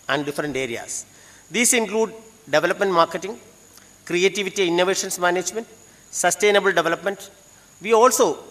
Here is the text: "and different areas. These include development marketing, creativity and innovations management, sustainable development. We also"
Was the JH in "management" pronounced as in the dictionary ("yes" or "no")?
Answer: yes